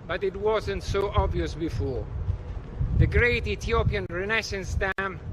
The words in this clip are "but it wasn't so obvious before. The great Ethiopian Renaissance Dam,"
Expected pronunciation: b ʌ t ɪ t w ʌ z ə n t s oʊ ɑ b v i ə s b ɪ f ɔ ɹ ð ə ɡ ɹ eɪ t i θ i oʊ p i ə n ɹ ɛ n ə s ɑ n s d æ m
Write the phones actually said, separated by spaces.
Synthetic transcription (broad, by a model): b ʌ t ɪ t w ʌ z ə n t s oʊ ɑ b v i ə s b ɪ f ɔ ɹ ð ə ɡ ɹ eɪ t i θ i oʊ p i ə n ɹ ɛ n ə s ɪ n s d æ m